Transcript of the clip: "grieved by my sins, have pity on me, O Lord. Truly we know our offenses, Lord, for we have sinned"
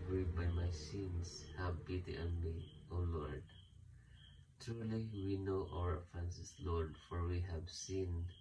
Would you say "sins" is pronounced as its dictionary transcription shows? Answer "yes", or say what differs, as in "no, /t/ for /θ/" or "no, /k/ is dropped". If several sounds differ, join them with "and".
no, /s/ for /z/